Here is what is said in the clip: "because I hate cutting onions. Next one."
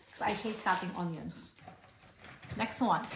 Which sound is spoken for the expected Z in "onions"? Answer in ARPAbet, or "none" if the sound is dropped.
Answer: S